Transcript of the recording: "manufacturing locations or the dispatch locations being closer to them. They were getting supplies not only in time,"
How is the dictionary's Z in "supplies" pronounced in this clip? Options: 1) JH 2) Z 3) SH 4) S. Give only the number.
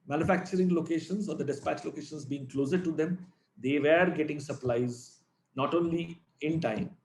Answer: 2